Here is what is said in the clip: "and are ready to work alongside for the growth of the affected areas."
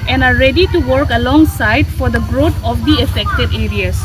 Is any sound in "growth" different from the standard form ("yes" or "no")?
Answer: yes